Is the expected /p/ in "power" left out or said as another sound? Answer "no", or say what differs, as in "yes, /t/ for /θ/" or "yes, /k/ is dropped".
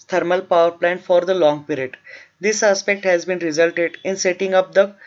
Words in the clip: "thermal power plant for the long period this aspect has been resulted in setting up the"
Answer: no